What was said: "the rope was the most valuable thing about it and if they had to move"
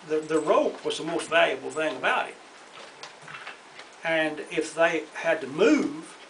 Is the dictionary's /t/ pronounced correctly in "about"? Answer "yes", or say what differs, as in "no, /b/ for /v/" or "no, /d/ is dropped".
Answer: no, /t/ is dropped